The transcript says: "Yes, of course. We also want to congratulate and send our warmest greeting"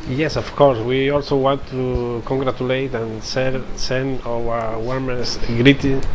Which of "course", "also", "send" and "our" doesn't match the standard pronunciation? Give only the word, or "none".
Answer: send